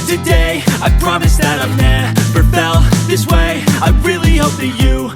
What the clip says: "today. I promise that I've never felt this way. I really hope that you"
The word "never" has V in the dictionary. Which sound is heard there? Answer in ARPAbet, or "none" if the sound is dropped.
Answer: P